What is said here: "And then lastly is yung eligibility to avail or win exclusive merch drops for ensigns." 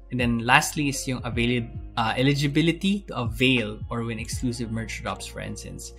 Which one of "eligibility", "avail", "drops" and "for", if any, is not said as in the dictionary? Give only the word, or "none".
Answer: drops